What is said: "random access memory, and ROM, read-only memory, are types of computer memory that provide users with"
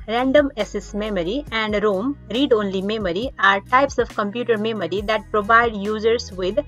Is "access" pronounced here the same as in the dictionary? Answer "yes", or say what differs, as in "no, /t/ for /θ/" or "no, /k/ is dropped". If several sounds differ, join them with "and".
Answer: no, /k/ is dropped